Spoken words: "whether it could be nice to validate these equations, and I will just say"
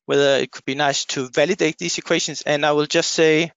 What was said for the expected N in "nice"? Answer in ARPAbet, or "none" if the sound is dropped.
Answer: N